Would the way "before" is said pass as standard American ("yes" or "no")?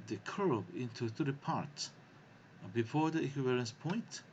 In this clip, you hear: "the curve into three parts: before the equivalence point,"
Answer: yes